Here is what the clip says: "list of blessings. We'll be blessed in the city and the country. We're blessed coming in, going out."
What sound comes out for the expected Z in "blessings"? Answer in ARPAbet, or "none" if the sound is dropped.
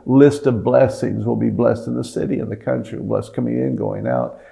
Z